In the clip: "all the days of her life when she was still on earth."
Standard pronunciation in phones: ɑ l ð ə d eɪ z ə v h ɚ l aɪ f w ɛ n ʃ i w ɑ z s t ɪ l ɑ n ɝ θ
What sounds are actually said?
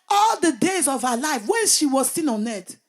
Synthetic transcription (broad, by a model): ɑ l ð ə d eɪ z ə v h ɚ l aɪ f w ɛ n ʃ i w ɑ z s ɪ n ɑ n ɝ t